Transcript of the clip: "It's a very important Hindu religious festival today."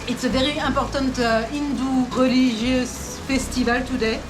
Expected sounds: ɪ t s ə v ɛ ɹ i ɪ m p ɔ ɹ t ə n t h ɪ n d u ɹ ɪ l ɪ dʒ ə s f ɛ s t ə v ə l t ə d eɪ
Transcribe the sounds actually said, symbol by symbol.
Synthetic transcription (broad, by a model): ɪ t s ə v ɛ ɹ i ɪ p ɔ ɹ t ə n t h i n d u ɹ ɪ l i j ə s f ɛ s t ə v ə l t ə d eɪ